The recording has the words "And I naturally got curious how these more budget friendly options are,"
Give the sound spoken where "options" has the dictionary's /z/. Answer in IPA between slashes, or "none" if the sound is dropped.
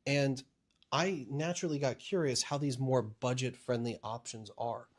/z/